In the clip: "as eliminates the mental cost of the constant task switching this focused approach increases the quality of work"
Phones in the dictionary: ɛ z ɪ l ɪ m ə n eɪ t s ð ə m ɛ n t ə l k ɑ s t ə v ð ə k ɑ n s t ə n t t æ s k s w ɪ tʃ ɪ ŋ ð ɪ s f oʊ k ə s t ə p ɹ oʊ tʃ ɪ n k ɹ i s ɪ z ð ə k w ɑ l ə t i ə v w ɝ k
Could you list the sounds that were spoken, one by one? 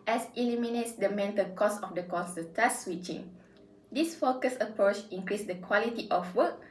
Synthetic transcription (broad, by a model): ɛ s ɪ l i m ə n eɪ t s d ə m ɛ n t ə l k ɑ s ə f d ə k ɑ s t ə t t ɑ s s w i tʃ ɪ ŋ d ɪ s f oʊ k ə s ə p ɹ oʊ tʃ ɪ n k ɹ i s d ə k w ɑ l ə t i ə f w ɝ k